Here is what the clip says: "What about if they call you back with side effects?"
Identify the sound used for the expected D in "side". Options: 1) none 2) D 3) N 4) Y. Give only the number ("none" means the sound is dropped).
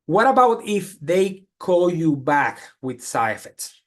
1